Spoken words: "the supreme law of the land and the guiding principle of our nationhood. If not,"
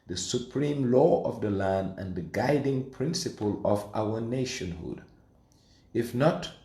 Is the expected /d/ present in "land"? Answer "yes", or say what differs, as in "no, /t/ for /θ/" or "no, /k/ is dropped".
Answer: yes